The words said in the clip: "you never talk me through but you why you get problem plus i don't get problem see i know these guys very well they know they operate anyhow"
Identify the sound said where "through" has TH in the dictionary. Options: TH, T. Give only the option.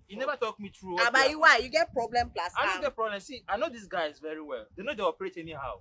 T